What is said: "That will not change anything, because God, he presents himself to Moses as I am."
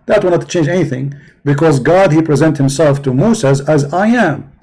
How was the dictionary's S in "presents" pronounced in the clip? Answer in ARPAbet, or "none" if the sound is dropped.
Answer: none